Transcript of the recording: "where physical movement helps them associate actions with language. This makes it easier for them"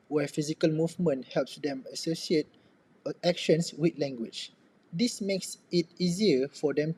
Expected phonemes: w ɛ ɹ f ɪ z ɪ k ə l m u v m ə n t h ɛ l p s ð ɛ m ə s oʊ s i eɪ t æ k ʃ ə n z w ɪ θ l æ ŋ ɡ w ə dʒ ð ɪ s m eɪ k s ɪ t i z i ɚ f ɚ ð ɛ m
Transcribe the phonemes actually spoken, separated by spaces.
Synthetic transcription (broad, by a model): w ɛ f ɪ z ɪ k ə l m u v m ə n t h ɛ l p s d ɛ m ə s oʊ s i eɪ t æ k ʃ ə n s w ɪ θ l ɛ ŋ ɡ w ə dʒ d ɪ s m eɪ k s ɪ t i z i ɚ f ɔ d ɛ m